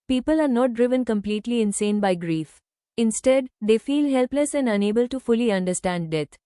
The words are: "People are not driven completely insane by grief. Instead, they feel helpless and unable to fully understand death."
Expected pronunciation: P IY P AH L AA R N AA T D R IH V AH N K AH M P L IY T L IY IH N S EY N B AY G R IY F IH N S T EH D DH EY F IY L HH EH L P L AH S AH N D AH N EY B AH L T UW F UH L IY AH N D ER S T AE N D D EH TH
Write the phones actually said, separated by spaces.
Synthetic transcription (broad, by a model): P IY P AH L AA R N AA T D R IH V AH N K AH M P L IY T L IY IH N S EY N B AY G R IY F IH N S T EH D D EY F IY L HH EH L P L AH S AH N D AH N EY B AH L T UW F UH L IY AH N D ER S T AE N D D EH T